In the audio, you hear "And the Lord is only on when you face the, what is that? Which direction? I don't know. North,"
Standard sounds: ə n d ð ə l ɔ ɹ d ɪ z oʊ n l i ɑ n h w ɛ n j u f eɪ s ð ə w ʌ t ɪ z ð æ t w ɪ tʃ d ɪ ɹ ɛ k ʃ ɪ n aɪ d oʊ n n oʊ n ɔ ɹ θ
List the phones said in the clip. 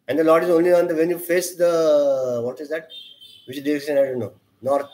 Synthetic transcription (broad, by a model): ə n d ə l ɔ ɹ d ɪ z oʊ n l i ɑ n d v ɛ n j u f eɪ s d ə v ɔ t ɪ z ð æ t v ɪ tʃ d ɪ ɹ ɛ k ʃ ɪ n aɪ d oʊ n n oʊ n ɔ ɹ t